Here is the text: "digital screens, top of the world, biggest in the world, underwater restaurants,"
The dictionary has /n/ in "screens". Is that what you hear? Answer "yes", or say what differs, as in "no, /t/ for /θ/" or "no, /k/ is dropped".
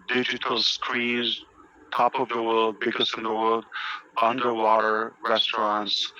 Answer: no, /n/ is dropped